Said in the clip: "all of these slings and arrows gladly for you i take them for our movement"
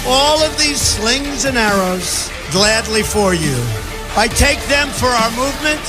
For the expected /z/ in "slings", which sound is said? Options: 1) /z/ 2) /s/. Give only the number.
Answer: 1